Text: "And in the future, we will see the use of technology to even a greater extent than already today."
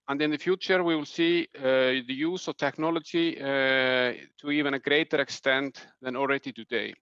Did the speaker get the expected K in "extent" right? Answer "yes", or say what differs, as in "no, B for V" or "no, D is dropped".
yes